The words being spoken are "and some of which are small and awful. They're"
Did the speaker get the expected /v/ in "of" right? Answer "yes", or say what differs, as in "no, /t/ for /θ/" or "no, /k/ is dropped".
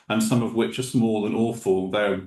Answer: yes